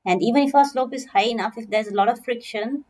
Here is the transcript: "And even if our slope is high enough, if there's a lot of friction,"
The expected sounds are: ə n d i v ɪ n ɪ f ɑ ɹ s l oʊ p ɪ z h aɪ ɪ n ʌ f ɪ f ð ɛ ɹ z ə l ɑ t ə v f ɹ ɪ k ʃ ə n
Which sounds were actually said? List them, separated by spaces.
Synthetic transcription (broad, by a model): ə n d i v ɪ n ɪ f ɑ s l oʊ p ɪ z h aɪ ɪ n ʌ f ɪ f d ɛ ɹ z ə l ɑ t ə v f ɹ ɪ k ʃ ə n